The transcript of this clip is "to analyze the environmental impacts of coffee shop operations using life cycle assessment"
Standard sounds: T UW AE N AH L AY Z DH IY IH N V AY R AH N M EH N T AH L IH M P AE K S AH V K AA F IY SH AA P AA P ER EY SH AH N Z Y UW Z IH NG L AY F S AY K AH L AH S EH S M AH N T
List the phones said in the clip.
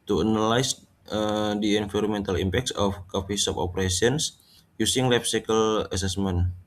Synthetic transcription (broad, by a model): T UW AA N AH L AY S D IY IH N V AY R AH M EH N T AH L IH M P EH K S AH F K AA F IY S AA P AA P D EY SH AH N S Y UW S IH NG L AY P S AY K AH L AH S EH S M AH N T